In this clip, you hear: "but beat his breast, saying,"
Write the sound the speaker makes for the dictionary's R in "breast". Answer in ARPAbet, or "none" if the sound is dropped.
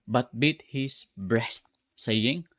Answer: R